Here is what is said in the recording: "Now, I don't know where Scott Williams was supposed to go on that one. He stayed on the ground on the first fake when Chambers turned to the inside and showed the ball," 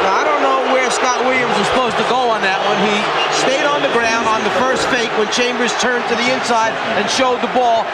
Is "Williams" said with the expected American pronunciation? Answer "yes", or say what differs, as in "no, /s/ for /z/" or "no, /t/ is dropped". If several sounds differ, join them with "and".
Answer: yes